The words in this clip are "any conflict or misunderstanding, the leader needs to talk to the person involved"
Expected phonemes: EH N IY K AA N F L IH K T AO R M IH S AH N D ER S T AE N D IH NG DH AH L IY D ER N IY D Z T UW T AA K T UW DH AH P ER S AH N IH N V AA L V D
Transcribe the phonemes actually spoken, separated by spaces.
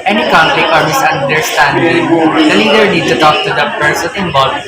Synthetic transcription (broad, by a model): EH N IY K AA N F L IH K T AO R M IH S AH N D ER S T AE N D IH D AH N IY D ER N IY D T UW T AA K T UW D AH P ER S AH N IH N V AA L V